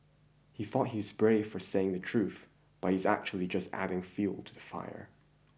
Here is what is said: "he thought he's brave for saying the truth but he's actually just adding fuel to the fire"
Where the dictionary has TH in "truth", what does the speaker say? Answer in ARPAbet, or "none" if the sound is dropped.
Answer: TH